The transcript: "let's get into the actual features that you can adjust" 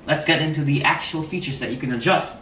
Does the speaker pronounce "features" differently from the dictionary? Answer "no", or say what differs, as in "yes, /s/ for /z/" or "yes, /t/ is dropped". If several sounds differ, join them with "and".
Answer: no